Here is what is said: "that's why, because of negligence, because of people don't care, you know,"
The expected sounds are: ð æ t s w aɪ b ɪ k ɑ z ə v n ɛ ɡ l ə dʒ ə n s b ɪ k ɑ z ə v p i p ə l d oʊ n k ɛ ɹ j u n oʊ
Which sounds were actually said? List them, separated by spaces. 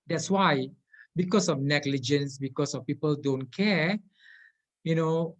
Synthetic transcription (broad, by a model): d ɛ t s w aɪ b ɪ k ɑ s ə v n ɛ ɡ l ə dʒ ə n s b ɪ k ɑ s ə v p i p ə l d oʊ n k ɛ j u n oʊ